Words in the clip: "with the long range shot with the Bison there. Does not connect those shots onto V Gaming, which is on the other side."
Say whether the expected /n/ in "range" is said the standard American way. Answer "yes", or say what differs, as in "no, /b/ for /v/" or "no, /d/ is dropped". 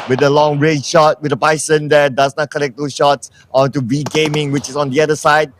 no, /n/ is dropped